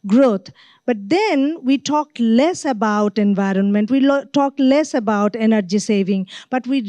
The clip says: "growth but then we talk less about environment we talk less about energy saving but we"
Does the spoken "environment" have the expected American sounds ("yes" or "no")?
yes